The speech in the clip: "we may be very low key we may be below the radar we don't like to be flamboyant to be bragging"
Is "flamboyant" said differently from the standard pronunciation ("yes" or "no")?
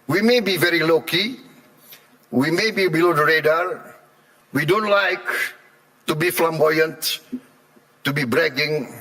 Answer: no